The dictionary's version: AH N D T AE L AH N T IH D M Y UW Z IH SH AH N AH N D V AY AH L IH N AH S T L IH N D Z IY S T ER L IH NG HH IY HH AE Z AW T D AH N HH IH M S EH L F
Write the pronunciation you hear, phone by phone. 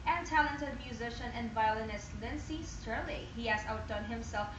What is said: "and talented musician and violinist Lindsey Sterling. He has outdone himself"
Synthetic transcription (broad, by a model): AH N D T AE L AH N T IH D M Y UW Z IH SH AH N AH N D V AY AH L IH N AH S T L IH N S IY S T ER L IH HH IY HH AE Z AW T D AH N HH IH M S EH L F